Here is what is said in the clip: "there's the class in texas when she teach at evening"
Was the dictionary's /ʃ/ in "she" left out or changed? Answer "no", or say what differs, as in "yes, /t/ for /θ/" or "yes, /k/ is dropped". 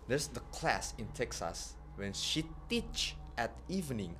no